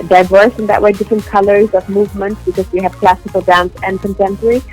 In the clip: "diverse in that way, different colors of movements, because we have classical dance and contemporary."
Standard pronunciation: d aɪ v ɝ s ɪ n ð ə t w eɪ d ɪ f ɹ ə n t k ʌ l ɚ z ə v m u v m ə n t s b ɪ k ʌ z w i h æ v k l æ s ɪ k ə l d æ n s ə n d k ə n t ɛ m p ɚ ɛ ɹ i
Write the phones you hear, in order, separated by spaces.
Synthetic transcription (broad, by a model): d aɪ v ɝ s ɪ n ð ə t w eɪ d ɪ f ɹ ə n k ʌ l ɚ z ə v m u v m ə n t s b ɪ k ʌ z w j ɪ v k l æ s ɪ k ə l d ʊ n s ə n k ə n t ɛ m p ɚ ɹ i